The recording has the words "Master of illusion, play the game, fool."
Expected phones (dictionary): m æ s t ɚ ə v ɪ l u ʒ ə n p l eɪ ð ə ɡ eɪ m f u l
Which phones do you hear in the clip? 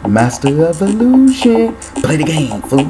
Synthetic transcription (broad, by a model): m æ s t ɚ ə v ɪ l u ʃ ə n p l eɪ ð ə ɡ eɪ m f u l